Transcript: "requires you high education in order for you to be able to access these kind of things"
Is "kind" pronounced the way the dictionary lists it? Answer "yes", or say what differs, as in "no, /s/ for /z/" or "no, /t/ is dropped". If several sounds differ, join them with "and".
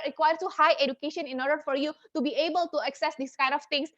yes